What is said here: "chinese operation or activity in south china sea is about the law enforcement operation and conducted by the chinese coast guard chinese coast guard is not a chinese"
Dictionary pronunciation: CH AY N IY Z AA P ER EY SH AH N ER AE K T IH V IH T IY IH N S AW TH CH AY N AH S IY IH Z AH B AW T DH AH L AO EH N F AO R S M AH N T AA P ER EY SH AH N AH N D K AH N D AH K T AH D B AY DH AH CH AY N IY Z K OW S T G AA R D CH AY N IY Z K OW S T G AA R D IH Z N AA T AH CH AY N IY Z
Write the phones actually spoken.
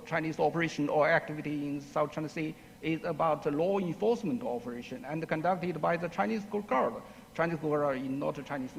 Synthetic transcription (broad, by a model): CH AY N IY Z AA P ER EY SH AH N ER AE K T IH V IH T IY IH N S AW T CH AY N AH S IY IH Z AH B AW T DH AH L AO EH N F AO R S M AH N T AA P ER EY SH AH N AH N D K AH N D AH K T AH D B AY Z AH CH AY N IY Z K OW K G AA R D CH AY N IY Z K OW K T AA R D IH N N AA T AH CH AY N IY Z